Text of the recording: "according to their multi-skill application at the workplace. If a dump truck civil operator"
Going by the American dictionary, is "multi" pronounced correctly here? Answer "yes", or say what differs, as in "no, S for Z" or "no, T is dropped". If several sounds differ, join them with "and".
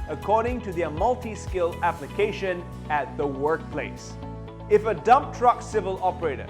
yes